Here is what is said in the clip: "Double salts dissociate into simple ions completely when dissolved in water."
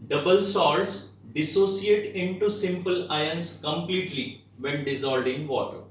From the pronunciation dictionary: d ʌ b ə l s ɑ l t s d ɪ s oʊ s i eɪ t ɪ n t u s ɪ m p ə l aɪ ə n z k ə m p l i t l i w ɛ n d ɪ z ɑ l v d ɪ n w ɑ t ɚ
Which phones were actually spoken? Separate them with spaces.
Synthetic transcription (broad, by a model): d ʌ b ə l s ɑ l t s d ɪ s oʊ s i eɪ t ɪ n t u s ɪ m p ə l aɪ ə n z k ə m p l i t l i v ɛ n d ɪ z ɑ l d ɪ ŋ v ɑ t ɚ